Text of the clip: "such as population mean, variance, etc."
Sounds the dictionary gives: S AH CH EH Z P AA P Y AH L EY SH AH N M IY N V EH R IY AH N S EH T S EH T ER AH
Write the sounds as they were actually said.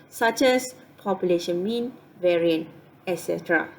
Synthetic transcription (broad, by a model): S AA CH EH S P AA P Y AH L EY SH AH N M IY N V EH R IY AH N EH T S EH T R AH